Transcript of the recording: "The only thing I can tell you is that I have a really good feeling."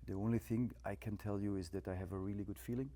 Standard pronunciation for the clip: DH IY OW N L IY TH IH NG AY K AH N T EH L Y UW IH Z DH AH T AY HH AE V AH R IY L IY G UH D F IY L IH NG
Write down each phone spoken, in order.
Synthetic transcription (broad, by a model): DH IY OW N L IY TH IH NG AY K AH N T EH L Y UW IH Z DH AH T AY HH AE V AH R IY L IY G UH D F IY L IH NG